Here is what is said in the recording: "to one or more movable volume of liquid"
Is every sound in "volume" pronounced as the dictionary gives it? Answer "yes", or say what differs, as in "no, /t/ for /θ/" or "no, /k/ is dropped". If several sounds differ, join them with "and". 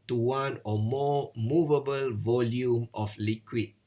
yes